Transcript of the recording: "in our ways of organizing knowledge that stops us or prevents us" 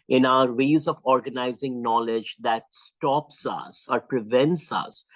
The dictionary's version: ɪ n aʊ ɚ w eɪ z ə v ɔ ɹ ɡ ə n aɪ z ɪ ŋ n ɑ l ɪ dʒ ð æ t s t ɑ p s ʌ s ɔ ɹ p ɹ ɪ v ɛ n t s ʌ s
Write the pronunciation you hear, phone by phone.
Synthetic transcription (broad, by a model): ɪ n aʊ ɚ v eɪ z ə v ɔ ɹ ɡ ə n aɪ z ɪ ŋ n ɑ l ɪ dʒ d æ t s t ɑ p s ʌ s ɔ ɹ p ɹ ɪ v ɛ n t s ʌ s